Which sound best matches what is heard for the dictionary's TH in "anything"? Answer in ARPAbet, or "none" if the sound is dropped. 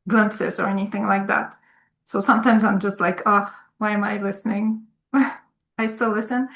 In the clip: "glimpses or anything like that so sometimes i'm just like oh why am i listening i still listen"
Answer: TH